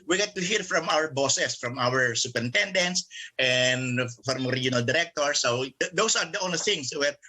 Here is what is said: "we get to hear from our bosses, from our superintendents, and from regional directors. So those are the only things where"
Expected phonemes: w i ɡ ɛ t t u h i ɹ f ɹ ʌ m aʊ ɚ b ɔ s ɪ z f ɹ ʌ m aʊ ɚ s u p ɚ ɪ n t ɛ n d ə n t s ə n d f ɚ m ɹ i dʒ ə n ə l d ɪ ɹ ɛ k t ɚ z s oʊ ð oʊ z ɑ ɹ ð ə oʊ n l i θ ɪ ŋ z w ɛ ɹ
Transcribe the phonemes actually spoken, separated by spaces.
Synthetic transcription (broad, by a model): w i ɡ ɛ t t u h i ɹ f ɹ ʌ m aʊ ɚ b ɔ s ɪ s f ɹ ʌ m aʊ ɚ s u p ɚ ɪ n t ɛ n d ə n t s ə n d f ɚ m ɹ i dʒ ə n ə l d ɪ ɹ ɛ k t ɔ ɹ s oʊ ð oʊ s ɑ ɹ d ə oʊ n l i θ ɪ ŋ s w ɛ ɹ